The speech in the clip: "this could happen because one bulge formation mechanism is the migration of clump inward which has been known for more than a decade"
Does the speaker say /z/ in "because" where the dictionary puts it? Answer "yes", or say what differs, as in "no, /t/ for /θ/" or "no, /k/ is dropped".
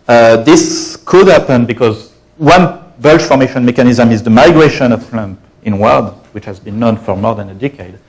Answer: yes